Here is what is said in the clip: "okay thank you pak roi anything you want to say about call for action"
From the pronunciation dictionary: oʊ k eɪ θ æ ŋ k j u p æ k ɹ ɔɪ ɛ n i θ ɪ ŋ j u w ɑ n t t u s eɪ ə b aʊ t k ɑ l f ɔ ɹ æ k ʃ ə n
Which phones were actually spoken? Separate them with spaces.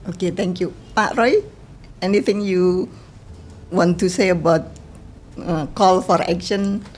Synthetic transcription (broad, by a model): oʊ k eɪ t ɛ ŋ k j u p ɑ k ɹ ɔɪ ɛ n i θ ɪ ŋ j u w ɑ n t t u s eɪ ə b aʊ t k ɑ l f ɔ ɹ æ k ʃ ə n